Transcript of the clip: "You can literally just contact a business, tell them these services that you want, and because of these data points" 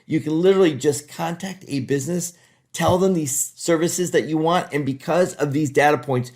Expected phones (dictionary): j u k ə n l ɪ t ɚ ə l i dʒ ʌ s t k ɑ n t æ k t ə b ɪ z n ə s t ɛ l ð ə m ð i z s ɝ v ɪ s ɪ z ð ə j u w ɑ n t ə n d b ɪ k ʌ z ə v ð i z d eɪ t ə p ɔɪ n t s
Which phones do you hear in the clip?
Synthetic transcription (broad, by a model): j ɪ k ə n l ɪ t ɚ l i dʒ ʌ s k ɑ n t æ k t ə b ɪ z n ə s t ɛ l ð ə m ð i z s ɝ v ɪ s ɪ z ð ə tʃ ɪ w ɑ n t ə n b ɪ k ʌ z ə v ð i z d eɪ t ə p ɔɪ n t s